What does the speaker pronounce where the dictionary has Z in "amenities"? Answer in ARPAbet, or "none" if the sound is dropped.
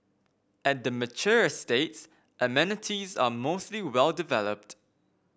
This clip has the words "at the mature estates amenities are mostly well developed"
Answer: Z